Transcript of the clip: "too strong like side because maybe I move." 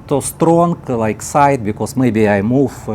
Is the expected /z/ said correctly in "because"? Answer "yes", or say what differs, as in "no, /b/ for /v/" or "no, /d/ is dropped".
no, /s/ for /z/